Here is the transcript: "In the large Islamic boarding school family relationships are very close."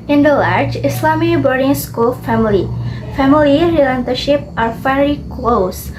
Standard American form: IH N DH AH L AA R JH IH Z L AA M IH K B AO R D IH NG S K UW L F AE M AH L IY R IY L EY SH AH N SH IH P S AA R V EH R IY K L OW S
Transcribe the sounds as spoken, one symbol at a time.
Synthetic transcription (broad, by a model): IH N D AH L AA R JH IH S L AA M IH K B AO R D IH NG S K UW L F AE M AH L IY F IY L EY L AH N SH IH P AA R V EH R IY K L OW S